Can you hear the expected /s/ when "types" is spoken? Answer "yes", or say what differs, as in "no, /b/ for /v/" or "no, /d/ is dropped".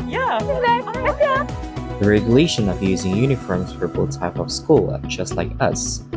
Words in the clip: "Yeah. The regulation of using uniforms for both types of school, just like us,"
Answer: no, /s/ is dropped